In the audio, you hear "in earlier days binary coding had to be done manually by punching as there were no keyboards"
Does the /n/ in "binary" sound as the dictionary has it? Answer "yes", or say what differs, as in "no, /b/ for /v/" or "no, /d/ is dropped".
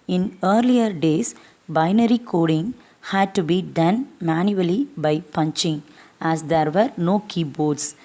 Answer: yes